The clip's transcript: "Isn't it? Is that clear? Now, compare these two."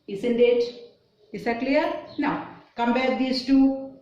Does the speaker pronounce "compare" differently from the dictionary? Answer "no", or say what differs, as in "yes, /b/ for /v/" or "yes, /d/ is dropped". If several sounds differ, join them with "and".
yes, /b/ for /p/